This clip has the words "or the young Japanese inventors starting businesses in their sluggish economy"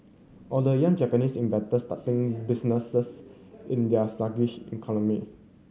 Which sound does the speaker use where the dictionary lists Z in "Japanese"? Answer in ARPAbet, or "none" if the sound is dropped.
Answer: S